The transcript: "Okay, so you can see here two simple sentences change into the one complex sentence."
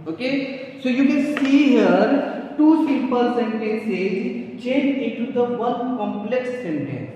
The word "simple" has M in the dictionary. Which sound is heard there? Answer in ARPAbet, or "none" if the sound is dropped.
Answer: none